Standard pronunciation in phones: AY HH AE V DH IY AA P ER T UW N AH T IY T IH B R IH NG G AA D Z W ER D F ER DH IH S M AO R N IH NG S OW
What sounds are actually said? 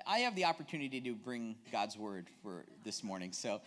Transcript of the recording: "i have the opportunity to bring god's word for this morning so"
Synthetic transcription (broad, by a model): AY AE V DH IY AA P ER T UW N AH T IY T IH B R IH NG G AA D Z W ER D F ER DH IH S M AO R N IH NG S OW